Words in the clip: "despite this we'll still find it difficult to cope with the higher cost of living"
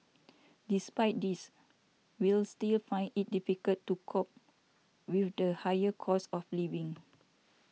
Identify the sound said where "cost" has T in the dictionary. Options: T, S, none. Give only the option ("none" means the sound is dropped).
none